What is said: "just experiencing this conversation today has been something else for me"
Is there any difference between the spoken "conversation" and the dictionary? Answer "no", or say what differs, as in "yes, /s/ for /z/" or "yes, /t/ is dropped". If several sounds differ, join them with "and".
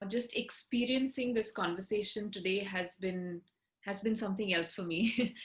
no